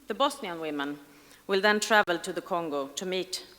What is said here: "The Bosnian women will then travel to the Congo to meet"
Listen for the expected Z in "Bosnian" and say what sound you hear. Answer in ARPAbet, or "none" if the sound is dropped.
S